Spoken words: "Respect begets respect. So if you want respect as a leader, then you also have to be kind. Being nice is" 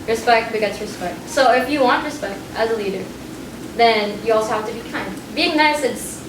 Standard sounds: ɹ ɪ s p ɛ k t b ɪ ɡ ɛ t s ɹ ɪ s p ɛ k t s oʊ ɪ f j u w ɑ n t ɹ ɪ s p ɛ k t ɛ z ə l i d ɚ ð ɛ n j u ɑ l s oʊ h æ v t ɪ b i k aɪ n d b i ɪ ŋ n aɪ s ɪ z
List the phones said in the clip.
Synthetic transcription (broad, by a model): ɹ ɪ s p ɛ k t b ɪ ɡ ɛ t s ɹ ɪ s p ɛ k t s oʊ ɪ f j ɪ w ɑ n t ɹ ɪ s p ɛ k t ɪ z ə l i d ɚ ð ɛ n j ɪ ɑ l s oʊ h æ f t ɪ b i k aɪ n d b i ɪ ŋ n aɪ s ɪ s